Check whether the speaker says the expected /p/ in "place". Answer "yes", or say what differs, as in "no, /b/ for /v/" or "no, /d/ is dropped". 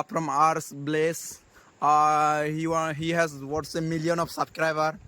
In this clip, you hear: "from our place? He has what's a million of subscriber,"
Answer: no, /b/ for /p/